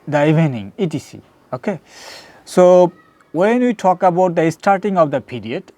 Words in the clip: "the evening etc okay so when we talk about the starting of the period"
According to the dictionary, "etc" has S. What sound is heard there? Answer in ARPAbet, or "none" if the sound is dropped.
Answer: none